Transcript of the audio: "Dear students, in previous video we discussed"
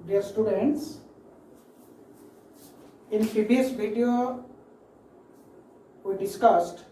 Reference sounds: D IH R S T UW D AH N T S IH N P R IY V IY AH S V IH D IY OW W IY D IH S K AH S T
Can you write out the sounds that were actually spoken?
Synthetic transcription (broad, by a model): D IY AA S T UW D AH N T S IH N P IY B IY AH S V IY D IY OW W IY D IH S K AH S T